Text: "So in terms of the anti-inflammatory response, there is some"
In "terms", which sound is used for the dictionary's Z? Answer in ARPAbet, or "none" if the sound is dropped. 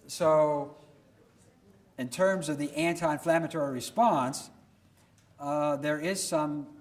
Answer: Z